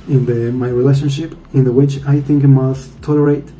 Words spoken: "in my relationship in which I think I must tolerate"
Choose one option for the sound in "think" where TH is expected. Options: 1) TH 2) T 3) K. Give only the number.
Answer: 1